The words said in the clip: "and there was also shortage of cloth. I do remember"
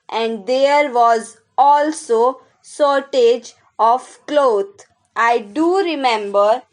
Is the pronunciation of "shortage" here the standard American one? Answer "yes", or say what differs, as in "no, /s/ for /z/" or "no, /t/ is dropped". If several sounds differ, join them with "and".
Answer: no, /s/ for /ʃ/